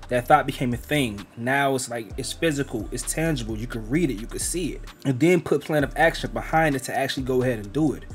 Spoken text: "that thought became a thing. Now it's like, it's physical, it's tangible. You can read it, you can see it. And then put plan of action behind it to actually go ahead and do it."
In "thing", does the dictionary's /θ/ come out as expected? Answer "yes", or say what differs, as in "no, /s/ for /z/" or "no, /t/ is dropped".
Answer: yes